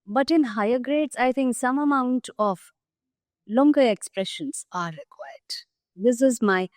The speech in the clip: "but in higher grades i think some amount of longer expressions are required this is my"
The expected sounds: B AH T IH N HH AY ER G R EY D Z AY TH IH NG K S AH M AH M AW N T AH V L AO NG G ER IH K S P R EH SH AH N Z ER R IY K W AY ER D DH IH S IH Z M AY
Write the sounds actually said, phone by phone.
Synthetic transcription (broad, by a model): B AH T IH N HH AY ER G R EY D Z AY T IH NG K S AH M AH M AW N T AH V L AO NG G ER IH K S P R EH SH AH N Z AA R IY K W AY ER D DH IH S IH Z M AY